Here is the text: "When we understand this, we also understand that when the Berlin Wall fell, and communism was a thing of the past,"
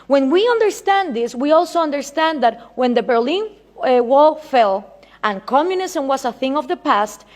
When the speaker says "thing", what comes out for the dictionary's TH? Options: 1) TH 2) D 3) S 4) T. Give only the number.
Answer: 1